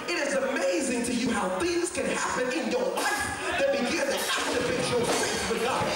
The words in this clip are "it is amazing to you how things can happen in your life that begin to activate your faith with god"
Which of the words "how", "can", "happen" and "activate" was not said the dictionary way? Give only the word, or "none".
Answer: activate